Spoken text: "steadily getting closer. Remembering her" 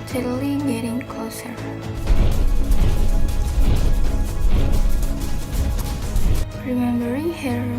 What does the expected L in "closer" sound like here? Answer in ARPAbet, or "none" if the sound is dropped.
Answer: none